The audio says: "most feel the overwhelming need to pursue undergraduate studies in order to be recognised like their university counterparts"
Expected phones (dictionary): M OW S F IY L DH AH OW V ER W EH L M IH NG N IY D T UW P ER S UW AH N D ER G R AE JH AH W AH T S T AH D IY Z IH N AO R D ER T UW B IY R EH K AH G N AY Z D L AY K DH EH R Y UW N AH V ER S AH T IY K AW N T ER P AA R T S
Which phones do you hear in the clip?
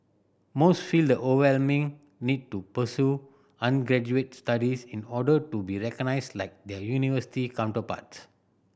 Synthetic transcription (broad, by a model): M OW S F IY L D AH OW ER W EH L M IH NG N IY D T UW P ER S UW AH N G R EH JH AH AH T S T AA D IY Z IH N AO D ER T UW B IY R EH K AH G N AY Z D L AY K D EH Y UW N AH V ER S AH T IY K AW N T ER P AA T S